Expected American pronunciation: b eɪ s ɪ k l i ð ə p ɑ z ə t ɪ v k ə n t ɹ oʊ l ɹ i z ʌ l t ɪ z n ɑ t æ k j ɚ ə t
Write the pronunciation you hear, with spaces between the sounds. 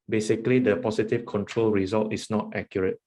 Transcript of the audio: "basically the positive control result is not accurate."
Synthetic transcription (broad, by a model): b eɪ s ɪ k l i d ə p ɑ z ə t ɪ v k ə n t ɹ oʊ l ɹ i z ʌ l t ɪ s n ɑ t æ k j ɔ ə t